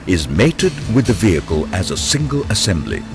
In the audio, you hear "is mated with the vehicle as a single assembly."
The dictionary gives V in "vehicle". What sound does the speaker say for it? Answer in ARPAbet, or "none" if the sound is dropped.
V